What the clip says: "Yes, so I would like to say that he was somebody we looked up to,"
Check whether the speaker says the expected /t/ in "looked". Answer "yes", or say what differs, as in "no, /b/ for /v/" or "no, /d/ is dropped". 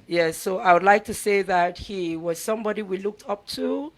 yes